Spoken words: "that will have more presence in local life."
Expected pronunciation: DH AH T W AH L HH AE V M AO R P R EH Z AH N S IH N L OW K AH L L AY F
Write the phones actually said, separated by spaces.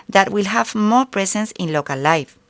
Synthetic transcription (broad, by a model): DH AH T W AH L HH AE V M AO R P R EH S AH N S IH N L OW K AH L L AY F